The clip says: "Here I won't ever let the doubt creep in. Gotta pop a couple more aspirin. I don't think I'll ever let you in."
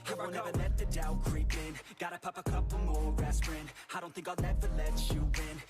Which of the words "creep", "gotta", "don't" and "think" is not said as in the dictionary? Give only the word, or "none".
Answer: none